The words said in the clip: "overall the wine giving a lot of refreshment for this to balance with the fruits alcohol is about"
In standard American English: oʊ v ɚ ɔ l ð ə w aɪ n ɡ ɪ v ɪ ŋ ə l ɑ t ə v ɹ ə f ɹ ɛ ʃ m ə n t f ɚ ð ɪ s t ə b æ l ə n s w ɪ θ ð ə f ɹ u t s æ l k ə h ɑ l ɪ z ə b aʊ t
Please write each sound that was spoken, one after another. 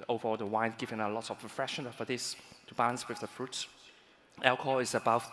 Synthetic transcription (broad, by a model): oʊ v ɚ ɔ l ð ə w aɪ n ɡ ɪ v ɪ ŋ ə l ɑ t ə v ɹ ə f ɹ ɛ ʃ ə n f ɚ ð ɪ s t ə b æ l ə n s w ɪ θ ð ə f ɹ u t s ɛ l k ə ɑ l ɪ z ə b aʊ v